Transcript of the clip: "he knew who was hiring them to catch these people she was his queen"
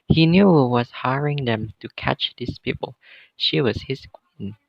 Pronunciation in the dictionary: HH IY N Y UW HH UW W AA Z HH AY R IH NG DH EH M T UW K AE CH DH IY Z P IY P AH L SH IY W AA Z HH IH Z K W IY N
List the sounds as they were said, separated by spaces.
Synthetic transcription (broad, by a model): HH IY N Y UW HH UW W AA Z HH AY R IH NG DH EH M T UW K AE CH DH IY S P IY P AH L SH IY W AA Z HH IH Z K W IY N